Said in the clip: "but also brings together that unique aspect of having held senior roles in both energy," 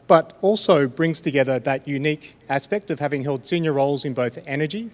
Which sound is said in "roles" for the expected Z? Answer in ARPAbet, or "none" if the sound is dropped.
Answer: Z